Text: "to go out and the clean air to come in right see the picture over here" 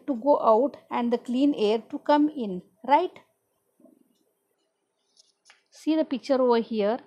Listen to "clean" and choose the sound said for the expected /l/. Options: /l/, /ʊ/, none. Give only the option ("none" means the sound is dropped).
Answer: /l/